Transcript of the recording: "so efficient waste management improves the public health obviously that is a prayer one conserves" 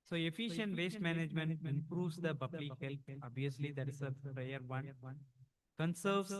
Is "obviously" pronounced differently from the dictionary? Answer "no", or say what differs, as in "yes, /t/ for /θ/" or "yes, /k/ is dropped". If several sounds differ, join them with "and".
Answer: yes, /v/ is dropped